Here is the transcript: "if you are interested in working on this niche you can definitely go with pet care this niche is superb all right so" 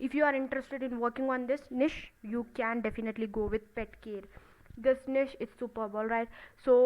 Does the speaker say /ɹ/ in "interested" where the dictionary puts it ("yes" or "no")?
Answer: yes